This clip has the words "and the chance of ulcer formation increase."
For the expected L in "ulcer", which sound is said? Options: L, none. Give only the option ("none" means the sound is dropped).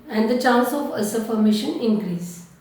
none